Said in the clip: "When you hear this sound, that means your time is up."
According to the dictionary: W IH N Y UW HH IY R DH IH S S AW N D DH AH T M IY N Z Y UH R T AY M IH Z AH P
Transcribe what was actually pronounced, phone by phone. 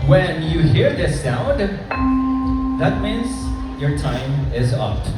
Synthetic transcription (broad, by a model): W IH N Y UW HH IY R DH IH S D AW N DH AH T M IY N Z Y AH R T AY M IH Z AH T